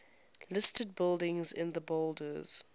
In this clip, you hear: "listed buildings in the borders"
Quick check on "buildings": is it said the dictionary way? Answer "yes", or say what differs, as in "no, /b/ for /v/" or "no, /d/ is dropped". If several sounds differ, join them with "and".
yes